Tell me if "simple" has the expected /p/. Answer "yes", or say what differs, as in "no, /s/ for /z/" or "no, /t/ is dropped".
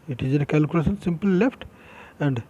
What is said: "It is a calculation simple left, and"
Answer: yes